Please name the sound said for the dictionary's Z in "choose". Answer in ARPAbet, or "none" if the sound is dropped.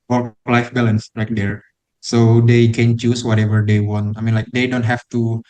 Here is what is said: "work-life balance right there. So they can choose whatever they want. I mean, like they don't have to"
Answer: S